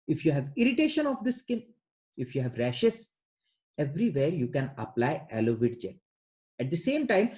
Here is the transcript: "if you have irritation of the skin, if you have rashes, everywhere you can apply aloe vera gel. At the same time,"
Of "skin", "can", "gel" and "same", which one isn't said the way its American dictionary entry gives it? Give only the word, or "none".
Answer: gel